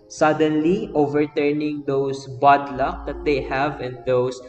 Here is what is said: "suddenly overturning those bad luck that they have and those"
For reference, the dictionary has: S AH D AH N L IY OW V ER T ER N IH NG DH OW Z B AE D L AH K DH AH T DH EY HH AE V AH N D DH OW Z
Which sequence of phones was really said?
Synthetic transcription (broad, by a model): S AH D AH N L IY OW V ER T ER N IH NG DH OW S B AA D L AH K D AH T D EY HH AE V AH N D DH OW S